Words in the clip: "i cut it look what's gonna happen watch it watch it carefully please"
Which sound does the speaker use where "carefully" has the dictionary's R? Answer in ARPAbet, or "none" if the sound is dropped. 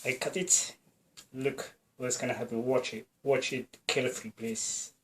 L